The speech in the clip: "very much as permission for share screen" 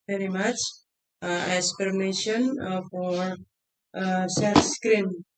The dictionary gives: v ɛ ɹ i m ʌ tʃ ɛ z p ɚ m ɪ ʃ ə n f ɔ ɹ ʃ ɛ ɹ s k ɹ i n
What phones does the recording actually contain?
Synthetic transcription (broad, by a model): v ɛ ɹ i m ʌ tʃ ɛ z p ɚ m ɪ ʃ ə n f ɔ ɹ s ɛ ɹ s k ɹ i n